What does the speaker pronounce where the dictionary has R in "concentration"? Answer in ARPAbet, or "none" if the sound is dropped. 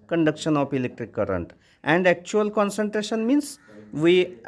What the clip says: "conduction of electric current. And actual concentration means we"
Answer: R